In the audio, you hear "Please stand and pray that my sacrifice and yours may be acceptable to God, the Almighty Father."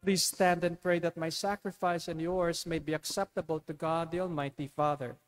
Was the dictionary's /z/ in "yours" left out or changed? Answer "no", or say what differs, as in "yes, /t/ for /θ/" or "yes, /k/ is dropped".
yes, /s/ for /z/